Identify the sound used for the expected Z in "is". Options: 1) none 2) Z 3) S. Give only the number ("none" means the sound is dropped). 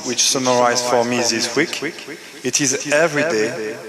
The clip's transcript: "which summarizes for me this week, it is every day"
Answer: 2